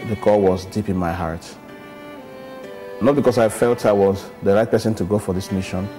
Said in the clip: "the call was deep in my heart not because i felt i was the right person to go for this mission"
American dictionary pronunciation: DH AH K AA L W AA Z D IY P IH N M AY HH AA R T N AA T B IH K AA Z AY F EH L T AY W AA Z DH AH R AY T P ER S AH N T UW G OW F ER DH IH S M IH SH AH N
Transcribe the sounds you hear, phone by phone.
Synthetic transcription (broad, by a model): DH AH K AA L W AA Z D IY P IH N M AY HH AA R T N AA T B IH K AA S AY F EH L T AY W AA Z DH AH R AY T P ER S AH N T UW G OW F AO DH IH S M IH SH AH N